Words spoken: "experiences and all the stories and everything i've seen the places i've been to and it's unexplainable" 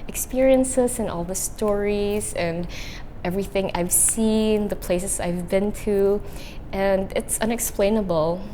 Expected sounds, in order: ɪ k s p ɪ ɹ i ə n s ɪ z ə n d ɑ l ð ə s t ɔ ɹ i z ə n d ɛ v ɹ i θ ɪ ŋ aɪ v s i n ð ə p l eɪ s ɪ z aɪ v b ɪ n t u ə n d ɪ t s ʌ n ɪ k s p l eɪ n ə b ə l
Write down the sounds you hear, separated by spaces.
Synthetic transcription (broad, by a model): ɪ k s p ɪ ɹ i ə n s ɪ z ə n ɑ l ð ə s t ɔ ɹ i z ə n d ɛ v ɹ i θ ɪ ŋ aɪ v s i n ð ə p l eɪ s ɪ z aɪ v b ɪ n t u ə n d ɪ t s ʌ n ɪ k s p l eɪ n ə b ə l